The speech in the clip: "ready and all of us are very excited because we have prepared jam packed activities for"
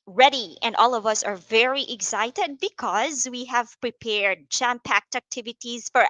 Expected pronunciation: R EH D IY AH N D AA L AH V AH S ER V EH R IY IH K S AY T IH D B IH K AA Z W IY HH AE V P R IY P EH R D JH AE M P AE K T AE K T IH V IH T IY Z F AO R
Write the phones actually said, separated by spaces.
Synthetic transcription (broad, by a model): R EH D IY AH N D AA L AH V AH S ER V EH R IY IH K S AY T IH D B IH K AA Z W IY HH AE V P R IY P EH R D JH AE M P AE K T AE K T IH V IH T IY Z F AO R